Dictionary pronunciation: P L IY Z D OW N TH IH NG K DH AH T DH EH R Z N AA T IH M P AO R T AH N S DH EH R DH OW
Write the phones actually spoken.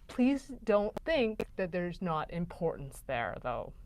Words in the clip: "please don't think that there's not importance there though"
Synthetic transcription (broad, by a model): P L IY Z D OW N TH IH NG K DH AH T DH EH R Z N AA T IH M P AO R T N S DH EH R DH OW